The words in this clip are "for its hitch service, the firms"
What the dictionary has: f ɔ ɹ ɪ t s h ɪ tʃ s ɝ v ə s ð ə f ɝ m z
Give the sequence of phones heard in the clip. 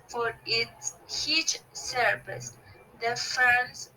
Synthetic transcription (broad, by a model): f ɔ ɹ ɪ t s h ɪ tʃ s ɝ p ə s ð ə f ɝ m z